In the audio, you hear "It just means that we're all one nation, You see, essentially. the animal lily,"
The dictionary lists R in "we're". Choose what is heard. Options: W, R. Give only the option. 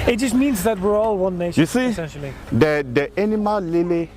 R